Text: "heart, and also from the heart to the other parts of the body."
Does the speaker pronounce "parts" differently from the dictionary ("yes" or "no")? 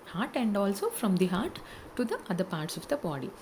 no